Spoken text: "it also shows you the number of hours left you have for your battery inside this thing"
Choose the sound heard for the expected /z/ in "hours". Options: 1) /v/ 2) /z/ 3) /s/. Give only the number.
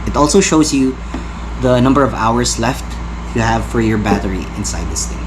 3